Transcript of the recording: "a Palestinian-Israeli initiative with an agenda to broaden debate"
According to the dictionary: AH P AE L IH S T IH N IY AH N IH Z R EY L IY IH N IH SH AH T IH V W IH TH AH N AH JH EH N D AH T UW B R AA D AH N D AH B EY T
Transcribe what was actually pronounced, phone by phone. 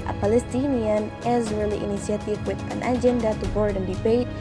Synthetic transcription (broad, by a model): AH P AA L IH S T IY N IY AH N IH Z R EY L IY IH N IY S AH T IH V W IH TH AH N AH JH EH N D AH T UW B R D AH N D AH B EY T